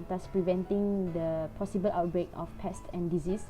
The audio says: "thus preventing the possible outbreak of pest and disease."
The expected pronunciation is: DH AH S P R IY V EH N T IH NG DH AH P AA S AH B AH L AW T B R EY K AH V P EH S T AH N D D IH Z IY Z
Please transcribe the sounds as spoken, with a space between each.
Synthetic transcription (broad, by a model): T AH S P R IY V EH N T IH NG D AH P AA S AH B AH L AW T B R EY K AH F P EH S T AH N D D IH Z IY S